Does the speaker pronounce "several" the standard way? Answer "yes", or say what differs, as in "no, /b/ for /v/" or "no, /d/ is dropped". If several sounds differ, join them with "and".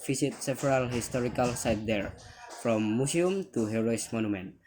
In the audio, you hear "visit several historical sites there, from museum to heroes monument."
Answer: no, /p/ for /v/